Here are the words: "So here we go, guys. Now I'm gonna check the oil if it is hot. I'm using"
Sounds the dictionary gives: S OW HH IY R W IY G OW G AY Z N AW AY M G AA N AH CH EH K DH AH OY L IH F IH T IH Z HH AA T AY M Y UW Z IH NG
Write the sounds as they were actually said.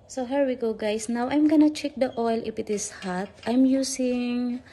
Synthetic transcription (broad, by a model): S OW HH IY R W IY G OW G AY S N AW AY M G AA N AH CH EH K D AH OY L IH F IH T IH S HH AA T AY M Y UW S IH NG